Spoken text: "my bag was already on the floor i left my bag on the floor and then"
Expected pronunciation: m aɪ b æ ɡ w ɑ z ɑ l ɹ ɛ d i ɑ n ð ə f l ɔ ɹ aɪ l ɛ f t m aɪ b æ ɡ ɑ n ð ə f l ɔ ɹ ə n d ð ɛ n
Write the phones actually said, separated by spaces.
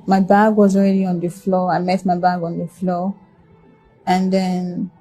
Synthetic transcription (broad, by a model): m aɪ b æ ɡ w ɑ z ɑ l ɹ ɛ d i ɑ n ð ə f l ɔ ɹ aɪ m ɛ t m aɪ b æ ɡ ɑ n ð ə f l ɔ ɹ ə n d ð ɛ n